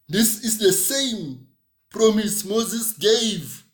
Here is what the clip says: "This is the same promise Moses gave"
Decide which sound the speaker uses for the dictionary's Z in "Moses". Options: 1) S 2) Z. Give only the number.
2